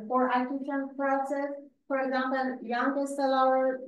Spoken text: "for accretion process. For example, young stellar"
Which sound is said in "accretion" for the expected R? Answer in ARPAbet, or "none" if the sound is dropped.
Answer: none